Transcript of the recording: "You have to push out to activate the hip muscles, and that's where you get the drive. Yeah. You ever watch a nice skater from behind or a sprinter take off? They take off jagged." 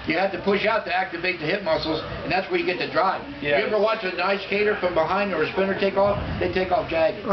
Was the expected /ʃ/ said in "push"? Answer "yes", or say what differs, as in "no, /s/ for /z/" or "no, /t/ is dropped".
yes